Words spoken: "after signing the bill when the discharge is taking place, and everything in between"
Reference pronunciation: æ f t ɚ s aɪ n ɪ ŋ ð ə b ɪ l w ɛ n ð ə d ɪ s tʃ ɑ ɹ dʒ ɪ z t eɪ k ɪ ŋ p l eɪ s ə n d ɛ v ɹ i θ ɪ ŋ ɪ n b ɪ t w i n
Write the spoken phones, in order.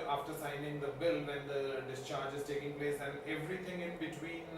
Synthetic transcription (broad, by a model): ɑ f t ɚ s aɪ n ɪ ŋ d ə b ɪ l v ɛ n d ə d ɪ s tʃ ɑ ɹ dʒ ɪ z t eɪ k ɪ ŋ p l eɪ s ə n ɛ v ɹ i t ɪ ŋ ɪ n b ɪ t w i n